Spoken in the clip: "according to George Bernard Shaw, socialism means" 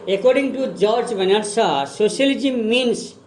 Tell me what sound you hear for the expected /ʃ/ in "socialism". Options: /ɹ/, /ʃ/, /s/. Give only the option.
/s/